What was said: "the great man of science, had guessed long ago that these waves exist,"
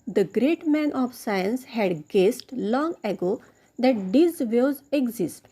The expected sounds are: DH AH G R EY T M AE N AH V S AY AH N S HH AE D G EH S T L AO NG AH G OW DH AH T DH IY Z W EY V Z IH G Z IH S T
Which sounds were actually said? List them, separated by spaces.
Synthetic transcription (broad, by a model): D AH G R EY T M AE N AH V S AY AH N S HH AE D G EH S T L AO NG AH G OW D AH T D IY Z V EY Z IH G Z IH S T